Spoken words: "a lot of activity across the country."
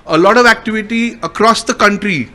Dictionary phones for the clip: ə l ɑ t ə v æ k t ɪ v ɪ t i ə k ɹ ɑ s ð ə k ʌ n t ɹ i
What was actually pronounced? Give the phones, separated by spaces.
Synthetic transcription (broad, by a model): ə l ɑ t ə v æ k t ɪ v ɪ t i ə k ɹ ɑ s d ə k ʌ n t ɹ i